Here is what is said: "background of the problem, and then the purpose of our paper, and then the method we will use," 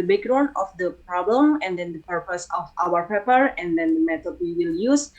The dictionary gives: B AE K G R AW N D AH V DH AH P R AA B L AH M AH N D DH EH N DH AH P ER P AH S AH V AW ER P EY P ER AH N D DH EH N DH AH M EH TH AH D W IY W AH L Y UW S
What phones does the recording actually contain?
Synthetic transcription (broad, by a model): B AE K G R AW N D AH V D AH P R AA B L AH M AH N D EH N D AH P ER P AH S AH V AW ER P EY P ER AH N D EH N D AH M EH T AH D W IY W AH L Y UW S